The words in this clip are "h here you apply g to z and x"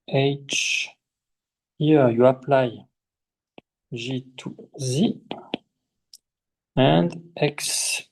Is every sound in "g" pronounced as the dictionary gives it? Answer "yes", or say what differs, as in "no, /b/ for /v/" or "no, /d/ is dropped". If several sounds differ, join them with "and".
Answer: no, /ʒ/ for /dʒ/